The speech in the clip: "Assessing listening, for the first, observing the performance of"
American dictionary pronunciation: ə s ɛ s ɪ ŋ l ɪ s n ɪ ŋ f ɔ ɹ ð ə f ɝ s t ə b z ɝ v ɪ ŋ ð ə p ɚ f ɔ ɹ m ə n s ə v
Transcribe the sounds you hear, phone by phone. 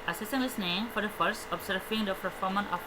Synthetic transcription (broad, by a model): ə s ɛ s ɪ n l ɪ s n ɪ ŋ f ɔ ɹ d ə f ɝ s t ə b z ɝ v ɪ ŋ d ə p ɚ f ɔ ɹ m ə n ə